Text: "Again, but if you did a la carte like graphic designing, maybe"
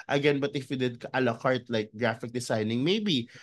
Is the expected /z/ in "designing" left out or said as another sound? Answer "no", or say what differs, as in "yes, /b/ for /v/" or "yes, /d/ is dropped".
yes, /s/ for /z/